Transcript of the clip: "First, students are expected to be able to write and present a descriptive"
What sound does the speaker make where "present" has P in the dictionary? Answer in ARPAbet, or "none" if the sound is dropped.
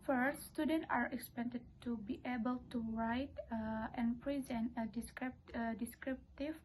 P